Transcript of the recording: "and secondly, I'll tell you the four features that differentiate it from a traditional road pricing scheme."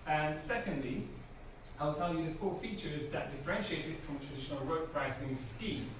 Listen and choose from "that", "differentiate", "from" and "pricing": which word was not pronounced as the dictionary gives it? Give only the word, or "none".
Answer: none